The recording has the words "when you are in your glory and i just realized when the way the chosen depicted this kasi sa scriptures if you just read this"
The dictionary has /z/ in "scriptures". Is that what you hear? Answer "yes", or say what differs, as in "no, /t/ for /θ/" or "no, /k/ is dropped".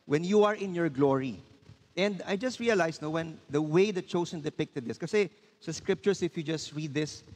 no, /s/ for /z/